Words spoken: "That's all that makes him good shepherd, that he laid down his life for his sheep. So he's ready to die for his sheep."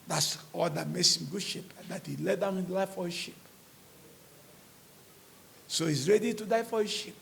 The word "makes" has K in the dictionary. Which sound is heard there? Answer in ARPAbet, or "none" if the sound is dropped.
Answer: none